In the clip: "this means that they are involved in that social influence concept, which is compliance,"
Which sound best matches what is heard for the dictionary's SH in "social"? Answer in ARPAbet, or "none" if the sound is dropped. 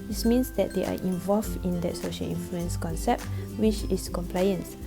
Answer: SH